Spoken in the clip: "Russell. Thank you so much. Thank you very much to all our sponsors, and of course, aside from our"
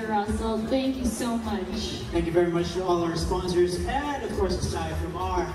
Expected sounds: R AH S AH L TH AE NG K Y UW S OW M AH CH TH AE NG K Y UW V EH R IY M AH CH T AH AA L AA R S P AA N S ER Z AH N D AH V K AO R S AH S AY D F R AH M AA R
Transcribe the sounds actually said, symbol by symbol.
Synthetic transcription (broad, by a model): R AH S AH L TH AE NG K Y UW S OW M AH CH TH AE NG K Y UW V EH R IY M AH CH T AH AA L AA R S P AA N S ER Z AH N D AH V K AO R S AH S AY F R AH M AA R